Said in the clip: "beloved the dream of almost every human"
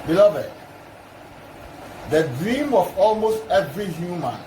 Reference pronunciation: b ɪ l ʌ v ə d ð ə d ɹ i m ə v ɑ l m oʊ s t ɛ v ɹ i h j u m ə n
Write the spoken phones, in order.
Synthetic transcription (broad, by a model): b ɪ l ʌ v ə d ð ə d ɹ i m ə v ɑ l m oʊ s t ɛ v ɹ i h j u m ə n